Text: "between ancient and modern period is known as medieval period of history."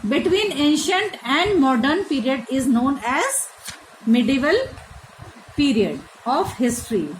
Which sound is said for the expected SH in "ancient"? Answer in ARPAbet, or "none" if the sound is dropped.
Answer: SH